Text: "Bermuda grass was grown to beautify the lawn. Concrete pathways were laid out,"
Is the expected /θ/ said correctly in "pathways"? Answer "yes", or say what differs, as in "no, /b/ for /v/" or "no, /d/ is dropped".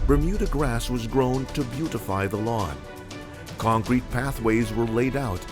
yes